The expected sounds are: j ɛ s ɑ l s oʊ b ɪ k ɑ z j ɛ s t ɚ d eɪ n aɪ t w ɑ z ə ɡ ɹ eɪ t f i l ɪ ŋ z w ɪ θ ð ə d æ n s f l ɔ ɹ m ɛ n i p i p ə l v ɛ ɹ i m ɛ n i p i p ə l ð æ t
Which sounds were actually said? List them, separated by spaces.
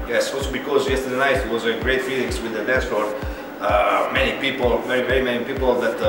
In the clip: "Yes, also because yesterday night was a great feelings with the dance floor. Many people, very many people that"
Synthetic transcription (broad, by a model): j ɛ s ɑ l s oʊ b ɪ k ɑ z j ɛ s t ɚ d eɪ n aɪ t w ɑ z ə ɡ ɹ eɪ t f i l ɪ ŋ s w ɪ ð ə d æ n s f ɔ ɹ m ɛ n i p i p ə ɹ v ɛ ɹ i m ɛ n i p i p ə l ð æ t